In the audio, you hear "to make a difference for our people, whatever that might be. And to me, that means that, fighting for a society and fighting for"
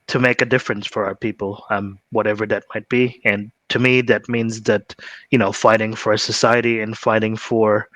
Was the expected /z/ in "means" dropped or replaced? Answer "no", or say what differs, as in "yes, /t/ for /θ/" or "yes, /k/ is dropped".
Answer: no